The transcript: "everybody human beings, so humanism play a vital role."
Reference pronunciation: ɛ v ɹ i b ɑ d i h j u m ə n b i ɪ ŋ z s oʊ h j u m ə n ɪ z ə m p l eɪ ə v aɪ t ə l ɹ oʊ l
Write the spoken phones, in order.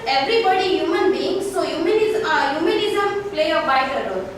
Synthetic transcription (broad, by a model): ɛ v ɹ i b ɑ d i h j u m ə n b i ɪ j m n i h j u m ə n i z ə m p l eɪ ə b aɪ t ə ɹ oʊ